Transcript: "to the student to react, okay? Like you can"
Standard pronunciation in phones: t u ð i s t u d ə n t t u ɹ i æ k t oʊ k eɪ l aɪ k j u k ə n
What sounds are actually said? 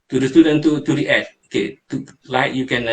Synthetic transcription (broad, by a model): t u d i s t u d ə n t t u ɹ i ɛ t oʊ k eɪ l aɪ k j u k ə n